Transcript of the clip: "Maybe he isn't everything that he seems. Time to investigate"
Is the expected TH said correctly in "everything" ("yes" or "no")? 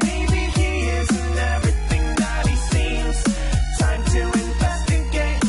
yes